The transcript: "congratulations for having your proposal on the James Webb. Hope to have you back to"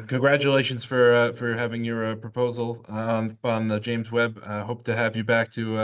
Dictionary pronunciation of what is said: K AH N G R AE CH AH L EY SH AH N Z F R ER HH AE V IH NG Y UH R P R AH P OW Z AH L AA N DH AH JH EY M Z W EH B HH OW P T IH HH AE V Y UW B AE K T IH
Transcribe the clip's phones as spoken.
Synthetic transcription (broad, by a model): K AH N G R AE CH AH L EY SH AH N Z F R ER HH AE V IH NG Y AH R P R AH P OW Z L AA N DH AH JH EY M Z W EH B HH OW P T IH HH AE V Y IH B AE K T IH